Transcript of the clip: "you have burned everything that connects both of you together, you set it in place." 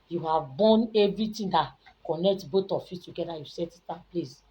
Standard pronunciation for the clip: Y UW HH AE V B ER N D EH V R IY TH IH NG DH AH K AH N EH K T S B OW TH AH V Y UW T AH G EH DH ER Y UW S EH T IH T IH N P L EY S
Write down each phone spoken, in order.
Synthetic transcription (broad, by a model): Y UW HH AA V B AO N EH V R IY T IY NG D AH K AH N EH K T B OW T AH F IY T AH G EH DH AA Y UW S EH T IH T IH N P L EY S